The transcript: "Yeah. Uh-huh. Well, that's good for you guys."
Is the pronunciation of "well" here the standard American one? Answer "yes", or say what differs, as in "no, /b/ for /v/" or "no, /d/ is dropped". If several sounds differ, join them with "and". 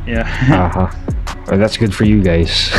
no, /n/ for /l/